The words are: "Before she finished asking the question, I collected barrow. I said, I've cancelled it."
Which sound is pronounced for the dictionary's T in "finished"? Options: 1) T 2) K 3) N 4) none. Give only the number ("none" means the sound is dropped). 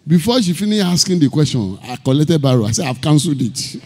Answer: 4